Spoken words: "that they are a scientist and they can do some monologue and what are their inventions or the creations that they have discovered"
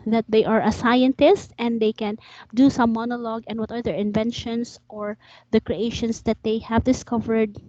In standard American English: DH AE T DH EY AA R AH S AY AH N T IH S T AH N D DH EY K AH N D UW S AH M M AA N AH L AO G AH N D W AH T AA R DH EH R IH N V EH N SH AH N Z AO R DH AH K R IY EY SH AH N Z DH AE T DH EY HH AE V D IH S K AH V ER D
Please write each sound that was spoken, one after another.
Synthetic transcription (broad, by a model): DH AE T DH EY AA R AH S AY AH N T IH S T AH N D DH EY K AH N D UW S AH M M AA N AH L AO G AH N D W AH T AA R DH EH R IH N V EH N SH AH N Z AO R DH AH K R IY EY SH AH N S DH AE T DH EY HH AE V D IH S K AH V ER D